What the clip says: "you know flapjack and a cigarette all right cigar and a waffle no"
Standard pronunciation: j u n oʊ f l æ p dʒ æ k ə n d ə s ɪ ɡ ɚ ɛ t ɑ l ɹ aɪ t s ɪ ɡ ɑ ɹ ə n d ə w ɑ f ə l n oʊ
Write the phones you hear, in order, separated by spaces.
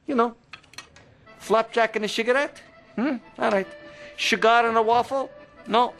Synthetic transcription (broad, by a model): j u n oʊ f l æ p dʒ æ k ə n ə ʃ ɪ ɡ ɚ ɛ t ɑ l ɹ aɪ t ʃ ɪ ɡ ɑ ɹ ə n ə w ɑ f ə l n oʊ